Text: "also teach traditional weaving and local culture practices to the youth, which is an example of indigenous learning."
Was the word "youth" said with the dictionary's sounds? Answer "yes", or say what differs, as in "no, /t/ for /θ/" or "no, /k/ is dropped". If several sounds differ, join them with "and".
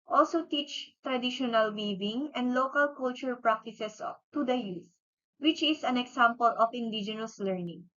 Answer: no, /s/ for /θ/